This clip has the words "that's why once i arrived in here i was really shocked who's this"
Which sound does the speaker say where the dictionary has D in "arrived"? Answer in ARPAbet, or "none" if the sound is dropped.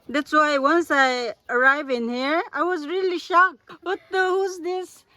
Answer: none